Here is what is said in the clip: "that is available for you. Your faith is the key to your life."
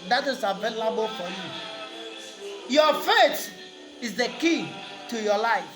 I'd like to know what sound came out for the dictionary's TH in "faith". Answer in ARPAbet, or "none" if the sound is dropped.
T